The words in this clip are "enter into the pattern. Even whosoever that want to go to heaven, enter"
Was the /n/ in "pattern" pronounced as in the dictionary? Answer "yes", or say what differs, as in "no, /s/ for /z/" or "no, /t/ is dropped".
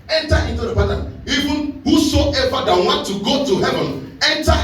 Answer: no, /n/ is dropped